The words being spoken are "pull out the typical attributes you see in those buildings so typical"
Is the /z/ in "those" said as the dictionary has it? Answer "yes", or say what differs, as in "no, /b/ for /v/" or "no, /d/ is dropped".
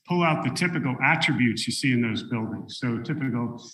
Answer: yes